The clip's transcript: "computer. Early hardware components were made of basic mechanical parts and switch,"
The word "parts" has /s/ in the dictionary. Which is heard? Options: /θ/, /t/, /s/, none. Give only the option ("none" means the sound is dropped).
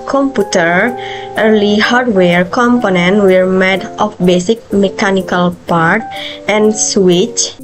none